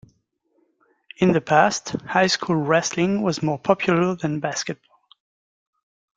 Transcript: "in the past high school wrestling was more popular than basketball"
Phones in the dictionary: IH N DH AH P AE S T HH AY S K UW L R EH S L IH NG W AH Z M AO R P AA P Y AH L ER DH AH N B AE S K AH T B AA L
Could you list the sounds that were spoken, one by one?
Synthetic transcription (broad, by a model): IH N DH AH P AE S T HH AY S K UW L R EH S L IH NG W AH Z M AO R P AA P Y AH L ER DH AH N B AE S K AH T B AA L